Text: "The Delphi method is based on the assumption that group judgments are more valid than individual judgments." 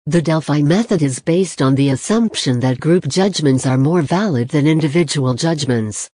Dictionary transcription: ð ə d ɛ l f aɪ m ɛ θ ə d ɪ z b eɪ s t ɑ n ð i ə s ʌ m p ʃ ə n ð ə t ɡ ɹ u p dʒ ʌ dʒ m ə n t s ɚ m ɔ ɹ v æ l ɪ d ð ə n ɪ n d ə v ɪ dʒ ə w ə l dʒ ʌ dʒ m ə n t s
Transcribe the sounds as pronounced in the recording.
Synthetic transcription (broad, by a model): ð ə d ɛ l f aɪ m ɛ θ ə d ɪ z b eɪ s t n ð i ə s ʌ m p ʃ ə n ð ə t ɡ ɹ u p dʒ ʌ dʒ m ə n t s ɚ m ɔ ɹ v æ l ɪ d ð ə n ɪ n d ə v ɪ dʒ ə w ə l dʒ ʌ dʒ m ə n t s